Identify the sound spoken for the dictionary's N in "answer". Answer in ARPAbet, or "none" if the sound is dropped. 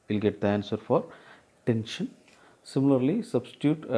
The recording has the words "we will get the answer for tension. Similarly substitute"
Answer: N